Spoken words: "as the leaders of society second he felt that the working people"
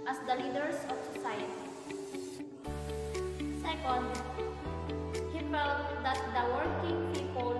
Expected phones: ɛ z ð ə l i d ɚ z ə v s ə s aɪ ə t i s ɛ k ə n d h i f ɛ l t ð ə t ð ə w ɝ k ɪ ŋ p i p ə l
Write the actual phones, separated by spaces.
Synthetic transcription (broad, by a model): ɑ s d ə l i d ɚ s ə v s ə s aɪ ə t i s ɛ k ə n d h i f ɛ l t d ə t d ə w ɝ k ɪ ŋ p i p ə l